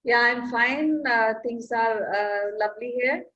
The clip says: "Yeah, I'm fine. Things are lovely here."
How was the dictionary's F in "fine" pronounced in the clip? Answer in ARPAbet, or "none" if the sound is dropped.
F